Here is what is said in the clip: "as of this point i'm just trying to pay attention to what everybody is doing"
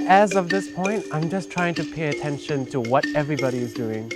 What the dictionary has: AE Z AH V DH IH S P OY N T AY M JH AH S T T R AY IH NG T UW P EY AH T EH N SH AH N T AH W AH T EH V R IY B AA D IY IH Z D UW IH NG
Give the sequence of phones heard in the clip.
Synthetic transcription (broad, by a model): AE Z AH V DH IH S P OY N T AY M JH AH S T T R AY IH NG T UW P EY AH T EH N SH AH N T AH W AH T EH V R IY B AA D IY IH Z D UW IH NG